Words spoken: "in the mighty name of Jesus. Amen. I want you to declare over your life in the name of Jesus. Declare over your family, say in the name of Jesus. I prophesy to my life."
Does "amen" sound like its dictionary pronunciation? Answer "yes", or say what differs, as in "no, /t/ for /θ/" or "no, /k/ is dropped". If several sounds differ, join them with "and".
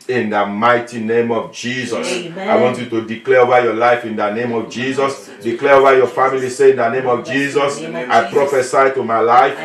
no, /m/ is dropped